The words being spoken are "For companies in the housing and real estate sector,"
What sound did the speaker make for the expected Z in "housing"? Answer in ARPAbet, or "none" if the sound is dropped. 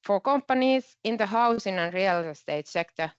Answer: S